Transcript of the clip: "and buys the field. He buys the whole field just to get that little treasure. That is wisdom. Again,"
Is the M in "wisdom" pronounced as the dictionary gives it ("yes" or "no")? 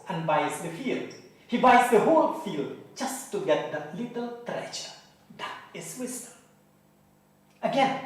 no